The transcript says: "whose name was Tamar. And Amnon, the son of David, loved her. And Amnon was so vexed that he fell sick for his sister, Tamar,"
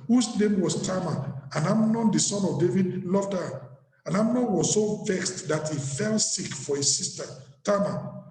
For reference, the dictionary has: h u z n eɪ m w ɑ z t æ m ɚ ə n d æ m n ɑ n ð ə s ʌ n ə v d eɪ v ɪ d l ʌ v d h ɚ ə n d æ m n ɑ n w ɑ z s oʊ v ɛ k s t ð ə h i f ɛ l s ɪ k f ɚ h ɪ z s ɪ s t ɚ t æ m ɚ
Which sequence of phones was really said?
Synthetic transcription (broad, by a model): h u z n eɪ m w ɑ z t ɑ m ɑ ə n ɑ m n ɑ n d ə s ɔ n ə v d eɪ v ɪ d l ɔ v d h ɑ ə n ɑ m n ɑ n w ɑ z s oʊ v ɛ k s t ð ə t i f ɛ l s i k f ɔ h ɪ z s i s t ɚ t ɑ m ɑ